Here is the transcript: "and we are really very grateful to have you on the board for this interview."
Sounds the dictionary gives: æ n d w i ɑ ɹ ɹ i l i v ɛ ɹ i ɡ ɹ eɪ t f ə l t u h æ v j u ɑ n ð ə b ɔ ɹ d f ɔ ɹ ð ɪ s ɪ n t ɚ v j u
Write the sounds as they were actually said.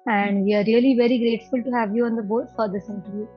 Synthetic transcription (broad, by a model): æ n d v i ɑ ɹ ɹ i l i v ɛ ɹ i ɡ ɹ eɪ t f ə l t u h æ v j u ɑ n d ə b ɔ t f ɔ ɹ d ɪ s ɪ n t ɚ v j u